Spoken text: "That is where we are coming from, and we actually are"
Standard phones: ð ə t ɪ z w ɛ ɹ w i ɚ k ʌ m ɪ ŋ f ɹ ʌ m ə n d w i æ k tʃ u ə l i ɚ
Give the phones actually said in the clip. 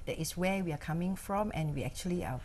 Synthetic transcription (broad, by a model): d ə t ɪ s w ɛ w i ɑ k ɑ m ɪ ŋ f ɹ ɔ m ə n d w i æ k tʃ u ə l i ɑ